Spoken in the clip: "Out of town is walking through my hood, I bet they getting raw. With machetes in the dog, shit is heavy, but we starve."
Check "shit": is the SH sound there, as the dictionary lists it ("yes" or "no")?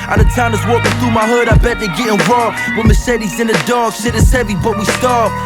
no